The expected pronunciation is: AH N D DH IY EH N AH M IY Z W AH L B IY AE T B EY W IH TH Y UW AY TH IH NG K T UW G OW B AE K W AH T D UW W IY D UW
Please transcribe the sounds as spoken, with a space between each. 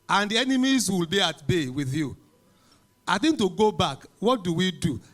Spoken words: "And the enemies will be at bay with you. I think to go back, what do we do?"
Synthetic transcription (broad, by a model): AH N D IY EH N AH M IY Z W AH L B IY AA T B EY W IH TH Y UW AY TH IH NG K T UW G OW B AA K W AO T D UW W IY D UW